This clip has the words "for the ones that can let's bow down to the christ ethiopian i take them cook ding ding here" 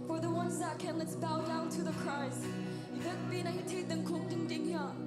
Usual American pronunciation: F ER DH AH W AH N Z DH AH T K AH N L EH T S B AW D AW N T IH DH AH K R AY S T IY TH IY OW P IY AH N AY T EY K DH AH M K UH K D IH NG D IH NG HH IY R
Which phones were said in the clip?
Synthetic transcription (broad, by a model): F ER DH AH W AH N Z DH AH T K AH N L EH T S B AW D AW N T IH DH AH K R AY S IY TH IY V B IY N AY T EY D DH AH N K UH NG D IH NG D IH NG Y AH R